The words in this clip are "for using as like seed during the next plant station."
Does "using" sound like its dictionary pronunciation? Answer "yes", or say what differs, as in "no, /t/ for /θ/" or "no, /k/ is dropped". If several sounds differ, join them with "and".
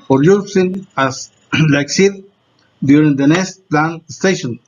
no, /s/ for /z/